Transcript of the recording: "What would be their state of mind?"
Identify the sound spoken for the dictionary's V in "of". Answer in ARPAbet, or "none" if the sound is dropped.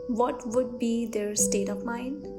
P